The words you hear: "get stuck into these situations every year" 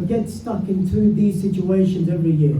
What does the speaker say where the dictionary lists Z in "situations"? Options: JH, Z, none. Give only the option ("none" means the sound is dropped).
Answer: Z